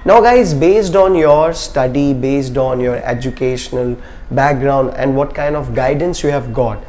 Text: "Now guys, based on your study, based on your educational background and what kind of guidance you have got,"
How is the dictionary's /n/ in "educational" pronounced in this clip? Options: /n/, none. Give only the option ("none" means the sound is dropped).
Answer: /n/